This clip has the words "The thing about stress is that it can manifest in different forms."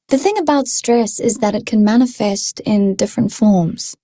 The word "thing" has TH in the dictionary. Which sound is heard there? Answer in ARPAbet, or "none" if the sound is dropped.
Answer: TH